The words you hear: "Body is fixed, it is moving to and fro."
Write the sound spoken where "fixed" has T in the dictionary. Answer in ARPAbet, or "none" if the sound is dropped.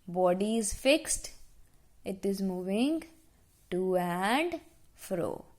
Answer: T